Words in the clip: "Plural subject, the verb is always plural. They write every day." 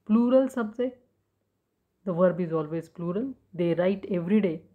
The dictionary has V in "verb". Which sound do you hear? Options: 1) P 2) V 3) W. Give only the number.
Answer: 2